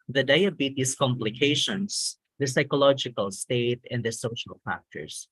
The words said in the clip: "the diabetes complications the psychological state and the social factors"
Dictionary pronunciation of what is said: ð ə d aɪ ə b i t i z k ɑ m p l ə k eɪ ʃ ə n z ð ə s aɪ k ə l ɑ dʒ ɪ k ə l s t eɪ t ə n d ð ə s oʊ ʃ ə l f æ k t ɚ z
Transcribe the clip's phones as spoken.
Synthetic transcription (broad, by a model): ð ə d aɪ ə b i t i s k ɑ m p l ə k eɪ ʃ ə n s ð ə s aɪ k ə l ɑ dʒ ɪ k ə l s t eɪ t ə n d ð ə s oʊ ʃ ə l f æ k t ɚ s